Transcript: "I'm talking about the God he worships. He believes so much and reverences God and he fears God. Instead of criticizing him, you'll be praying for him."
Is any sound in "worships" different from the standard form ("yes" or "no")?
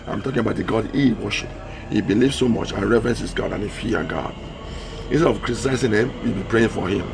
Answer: yes